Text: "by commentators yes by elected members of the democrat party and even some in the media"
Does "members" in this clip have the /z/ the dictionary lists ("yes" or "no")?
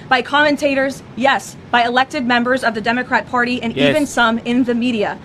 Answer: yes